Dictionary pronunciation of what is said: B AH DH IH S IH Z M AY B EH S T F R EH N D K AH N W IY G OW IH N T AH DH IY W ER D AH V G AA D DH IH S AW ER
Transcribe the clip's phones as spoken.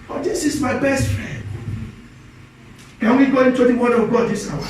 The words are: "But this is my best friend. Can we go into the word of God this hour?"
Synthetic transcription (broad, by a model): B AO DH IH S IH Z M AY B EH S T F R EH N D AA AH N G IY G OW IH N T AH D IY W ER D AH W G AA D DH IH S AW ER